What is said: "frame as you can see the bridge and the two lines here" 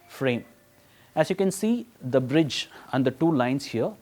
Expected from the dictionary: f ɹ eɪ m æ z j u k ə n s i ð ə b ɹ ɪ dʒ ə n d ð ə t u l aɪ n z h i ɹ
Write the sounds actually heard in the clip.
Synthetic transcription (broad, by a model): f ɹ eɪ m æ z j u k ə n s i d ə b ɹ ɪ dʒ ə n d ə t u l aɪ n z h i ɹ